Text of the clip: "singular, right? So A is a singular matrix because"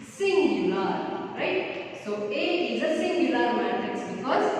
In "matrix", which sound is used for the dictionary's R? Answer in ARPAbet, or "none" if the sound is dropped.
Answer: none